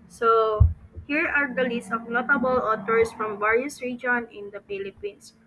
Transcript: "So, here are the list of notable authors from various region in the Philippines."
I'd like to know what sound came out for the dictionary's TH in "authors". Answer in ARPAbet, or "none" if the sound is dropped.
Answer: T